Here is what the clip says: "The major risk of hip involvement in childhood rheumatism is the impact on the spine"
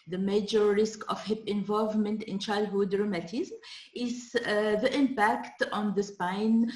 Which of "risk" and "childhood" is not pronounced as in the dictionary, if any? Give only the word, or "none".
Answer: none